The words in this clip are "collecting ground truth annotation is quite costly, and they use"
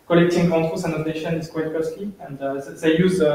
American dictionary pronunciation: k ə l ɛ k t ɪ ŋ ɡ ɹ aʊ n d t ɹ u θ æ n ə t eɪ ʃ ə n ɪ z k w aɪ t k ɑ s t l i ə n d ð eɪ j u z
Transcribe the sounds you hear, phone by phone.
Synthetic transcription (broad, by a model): k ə l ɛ k t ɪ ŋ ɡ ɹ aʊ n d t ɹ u s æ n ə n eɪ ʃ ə n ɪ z k w aɪ t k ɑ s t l i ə n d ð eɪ j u z